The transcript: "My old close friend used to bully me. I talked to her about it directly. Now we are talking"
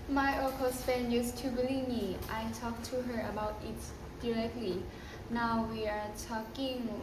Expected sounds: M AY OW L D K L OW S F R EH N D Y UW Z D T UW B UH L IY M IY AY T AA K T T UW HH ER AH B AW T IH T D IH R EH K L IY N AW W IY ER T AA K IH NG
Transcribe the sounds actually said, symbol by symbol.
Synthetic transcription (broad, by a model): M AY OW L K OW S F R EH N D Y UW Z T UW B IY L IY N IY AY T AA K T T UW HH ER AH B AW T IH T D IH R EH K L IY N AW W IY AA T AA K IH NG